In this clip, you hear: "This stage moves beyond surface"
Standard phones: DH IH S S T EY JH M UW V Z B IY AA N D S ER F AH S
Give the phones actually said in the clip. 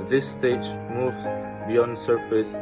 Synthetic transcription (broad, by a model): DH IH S S T EY JH M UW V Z B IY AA N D S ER F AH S